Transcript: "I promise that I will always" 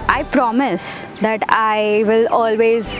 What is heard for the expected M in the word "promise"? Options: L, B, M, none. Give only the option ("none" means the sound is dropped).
M